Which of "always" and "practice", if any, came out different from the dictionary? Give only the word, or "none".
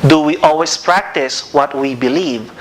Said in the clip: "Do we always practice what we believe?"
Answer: always